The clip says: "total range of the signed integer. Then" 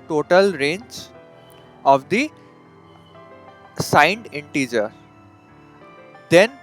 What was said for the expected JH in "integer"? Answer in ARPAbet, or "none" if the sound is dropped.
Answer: JH